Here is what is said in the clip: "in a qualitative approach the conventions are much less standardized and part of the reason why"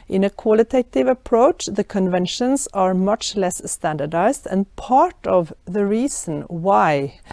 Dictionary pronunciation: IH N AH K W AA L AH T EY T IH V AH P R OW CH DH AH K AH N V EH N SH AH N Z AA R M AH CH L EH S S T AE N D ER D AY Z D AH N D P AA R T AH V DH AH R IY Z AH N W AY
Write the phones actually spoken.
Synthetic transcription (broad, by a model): IH N AH K W AA L AH T EY T IH V AH P R OW CH DH AH K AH N V EH N SH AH N S AA R M AH CH L EH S S T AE N D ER D AY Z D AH N P AA R T AH V DH AH R IY S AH N W AY